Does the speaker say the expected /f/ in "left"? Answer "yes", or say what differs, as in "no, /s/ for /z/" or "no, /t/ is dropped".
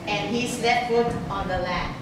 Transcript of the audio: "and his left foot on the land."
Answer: no, /f/ is dropped